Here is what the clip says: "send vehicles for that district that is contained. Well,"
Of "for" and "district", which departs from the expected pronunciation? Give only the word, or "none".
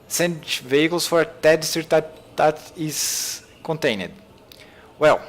district